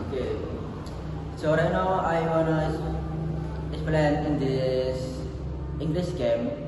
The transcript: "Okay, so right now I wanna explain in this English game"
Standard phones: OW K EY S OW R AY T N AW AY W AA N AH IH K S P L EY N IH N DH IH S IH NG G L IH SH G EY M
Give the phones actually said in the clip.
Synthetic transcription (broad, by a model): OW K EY S OW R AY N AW AY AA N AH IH S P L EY N IH N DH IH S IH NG G L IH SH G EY M